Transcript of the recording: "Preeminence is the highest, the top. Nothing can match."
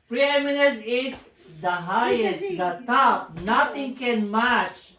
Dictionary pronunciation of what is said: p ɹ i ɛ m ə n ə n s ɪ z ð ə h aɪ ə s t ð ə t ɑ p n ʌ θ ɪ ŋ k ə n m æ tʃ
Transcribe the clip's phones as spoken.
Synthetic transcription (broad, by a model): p ɹ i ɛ m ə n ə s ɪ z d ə h aɪ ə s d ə t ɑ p n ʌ t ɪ ŋ k ə n m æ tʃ